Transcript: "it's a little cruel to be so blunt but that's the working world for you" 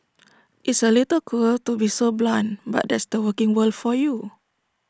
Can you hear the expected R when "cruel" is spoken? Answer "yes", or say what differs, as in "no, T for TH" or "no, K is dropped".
no, R is dropped